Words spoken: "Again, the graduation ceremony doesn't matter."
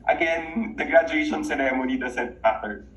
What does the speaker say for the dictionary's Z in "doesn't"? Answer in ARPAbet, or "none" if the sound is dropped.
S